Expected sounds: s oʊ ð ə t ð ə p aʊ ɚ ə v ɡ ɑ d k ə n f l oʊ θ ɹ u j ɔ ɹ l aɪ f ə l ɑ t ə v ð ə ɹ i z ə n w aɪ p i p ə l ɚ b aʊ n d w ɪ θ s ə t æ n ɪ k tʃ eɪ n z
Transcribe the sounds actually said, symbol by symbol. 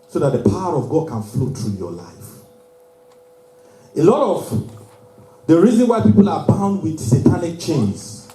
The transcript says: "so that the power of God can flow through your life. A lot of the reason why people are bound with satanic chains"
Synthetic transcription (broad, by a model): s oʊ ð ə t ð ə p aʊ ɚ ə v ɡ ɑ d k ə n f l oʊ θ ɹ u j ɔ l aɪ f ə l ɑ t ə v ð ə ɹ i z ə n w aɪ p i p ə l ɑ b aʊ n d w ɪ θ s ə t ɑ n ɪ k tʃ eɪ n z